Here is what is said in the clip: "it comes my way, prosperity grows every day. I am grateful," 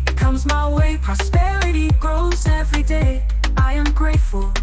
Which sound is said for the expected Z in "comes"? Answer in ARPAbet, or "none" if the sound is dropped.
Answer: Z